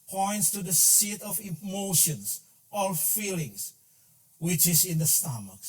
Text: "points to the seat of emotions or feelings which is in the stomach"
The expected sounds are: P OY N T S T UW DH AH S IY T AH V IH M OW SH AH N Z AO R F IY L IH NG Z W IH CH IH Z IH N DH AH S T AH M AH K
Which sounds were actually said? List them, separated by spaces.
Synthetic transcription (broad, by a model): P OY N T S T UW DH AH S IY T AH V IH M OW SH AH N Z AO L F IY L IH NG S W IH CH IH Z IH N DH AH S T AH M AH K